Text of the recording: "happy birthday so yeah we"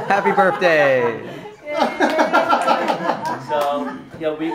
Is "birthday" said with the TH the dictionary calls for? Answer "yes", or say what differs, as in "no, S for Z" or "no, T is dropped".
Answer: yes